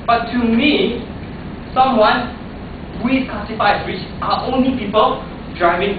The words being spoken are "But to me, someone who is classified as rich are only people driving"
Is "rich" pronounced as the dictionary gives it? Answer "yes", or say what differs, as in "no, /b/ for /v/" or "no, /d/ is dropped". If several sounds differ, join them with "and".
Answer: no, /w/ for /ɹ/